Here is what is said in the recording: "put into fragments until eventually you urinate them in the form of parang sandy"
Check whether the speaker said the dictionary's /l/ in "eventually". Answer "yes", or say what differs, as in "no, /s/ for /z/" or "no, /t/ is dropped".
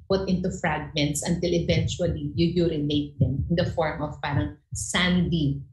yes